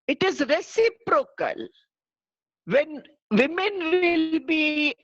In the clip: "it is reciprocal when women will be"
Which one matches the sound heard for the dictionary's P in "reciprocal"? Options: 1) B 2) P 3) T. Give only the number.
2